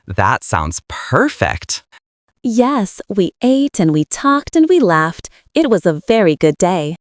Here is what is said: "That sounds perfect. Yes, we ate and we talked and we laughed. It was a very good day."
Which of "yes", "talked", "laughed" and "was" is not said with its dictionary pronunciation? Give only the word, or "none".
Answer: none